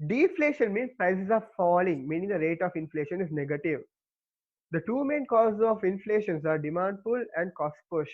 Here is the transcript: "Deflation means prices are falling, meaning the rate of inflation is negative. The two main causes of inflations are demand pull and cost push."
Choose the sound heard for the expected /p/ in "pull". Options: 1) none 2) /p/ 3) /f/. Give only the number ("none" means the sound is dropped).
3